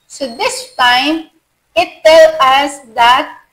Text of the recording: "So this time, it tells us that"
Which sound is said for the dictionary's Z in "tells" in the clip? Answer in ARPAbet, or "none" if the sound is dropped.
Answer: none